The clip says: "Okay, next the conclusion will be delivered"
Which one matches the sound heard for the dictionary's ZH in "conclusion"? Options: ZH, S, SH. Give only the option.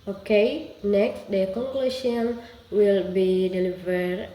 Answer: SH